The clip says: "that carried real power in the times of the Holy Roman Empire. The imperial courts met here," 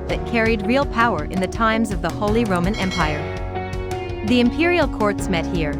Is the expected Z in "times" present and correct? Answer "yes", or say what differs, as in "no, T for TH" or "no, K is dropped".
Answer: yes